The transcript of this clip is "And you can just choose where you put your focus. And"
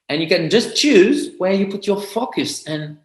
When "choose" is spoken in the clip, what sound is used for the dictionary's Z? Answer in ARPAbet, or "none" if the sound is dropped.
Z